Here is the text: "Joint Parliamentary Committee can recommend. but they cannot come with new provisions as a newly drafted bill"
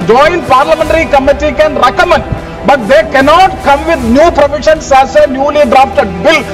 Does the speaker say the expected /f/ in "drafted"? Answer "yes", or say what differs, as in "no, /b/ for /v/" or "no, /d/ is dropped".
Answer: no, /p/ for /f/